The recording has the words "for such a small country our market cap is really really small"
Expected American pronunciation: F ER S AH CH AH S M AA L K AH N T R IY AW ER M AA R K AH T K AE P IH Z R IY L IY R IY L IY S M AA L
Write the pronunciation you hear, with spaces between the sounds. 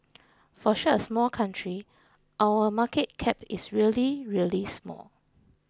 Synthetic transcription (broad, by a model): F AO SH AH AH S M AA L K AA N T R IY AW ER M AA K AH T K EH P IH S R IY L IY R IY L IY S M AA L